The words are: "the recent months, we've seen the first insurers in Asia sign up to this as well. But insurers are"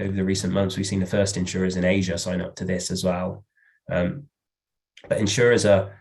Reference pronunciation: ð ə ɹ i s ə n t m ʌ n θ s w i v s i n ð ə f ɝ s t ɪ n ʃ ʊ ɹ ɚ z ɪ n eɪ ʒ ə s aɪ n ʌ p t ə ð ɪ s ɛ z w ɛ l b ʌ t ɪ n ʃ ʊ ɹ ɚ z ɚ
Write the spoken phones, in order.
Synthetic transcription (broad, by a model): ð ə ɹ i s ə n m ʌ n θ s w i v s i n ð ə f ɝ s t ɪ n ʃ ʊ ɹ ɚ z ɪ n eɪ ʒ ə s aɪ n ʌ p t ə ð ɪ s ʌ z w ɛ l b ʌ t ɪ n ʃ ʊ ɹ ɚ z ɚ